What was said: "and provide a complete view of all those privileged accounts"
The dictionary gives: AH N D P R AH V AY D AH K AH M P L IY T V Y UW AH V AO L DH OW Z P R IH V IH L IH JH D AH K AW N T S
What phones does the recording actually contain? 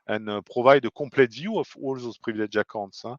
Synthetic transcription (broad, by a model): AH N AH P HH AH V AY D AH K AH P L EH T V Y UW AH F AO L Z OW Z P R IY V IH L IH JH AH K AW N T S